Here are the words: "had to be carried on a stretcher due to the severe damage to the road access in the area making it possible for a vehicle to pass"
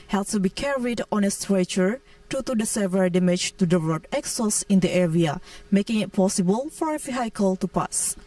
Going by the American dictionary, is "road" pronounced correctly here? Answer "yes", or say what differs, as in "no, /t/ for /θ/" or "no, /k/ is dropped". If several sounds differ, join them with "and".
no, /l/ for /ɹ/